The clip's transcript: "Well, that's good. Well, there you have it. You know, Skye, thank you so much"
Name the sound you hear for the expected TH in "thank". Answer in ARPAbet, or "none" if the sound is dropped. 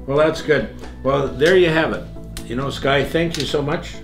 TH